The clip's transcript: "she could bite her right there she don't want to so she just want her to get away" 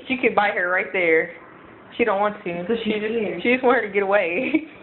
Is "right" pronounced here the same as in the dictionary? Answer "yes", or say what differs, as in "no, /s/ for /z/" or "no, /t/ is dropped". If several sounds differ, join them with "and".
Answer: yes